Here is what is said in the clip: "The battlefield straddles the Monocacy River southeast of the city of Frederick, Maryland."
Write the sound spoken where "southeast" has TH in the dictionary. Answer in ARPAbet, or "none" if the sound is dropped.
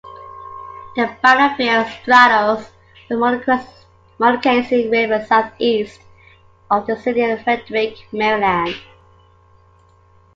TH